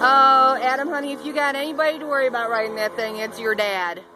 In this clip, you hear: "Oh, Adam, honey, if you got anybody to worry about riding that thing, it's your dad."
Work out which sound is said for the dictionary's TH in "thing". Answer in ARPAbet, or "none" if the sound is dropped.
TH